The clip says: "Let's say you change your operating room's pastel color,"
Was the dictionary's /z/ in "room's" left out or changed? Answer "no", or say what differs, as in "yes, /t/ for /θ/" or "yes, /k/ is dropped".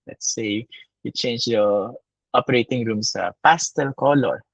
yes, /s/ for /z/